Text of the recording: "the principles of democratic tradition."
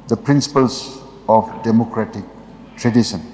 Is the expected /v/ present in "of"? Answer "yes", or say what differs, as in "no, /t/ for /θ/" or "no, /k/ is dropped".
no, /p/ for /v/